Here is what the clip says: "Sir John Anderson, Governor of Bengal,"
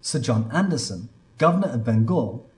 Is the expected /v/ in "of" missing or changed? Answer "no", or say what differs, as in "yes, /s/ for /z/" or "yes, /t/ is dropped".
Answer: no